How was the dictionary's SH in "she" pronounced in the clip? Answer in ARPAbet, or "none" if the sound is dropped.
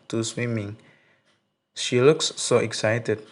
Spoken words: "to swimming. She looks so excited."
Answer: SH